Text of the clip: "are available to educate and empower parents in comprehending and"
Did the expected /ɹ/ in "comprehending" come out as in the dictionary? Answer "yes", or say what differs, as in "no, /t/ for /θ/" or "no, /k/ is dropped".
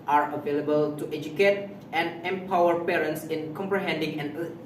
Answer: yes